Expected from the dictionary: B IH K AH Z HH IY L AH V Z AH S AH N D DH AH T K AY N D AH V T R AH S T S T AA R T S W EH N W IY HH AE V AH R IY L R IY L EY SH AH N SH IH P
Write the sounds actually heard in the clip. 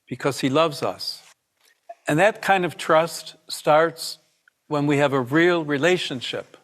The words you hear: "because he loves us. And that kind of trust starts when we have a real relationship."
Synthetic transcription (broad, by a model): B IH K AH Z HH IY L AH V Z AH S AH N DH AH T K AY N D AH V T R AH S T S T AA R T S W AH N W IY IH V AH R IY L R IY L EY SH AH N SH IH P